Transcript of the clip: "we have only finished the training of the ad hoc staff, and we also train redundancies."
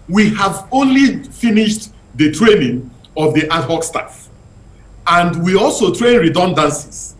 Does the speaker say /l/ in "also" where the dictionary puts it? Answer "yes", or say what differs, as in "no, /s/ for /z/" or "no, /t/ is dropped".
yes